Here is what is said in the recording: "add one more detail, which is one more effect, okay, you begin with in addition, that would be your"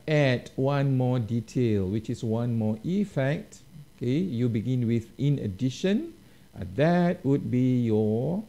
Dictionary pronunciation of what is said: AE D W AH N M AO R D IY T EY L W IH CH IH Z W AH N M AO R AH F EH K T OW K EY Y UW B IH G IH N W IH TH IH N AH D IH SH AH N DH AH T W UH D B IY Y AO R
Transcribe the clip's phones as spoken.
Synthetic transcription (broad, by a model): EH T W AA N M AO D IY T EY L W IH CH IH S W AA N M AO AH F EH K T OW K EY Y UW B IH G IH N W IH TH IH N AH D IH SH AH N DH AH T W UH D B IY Y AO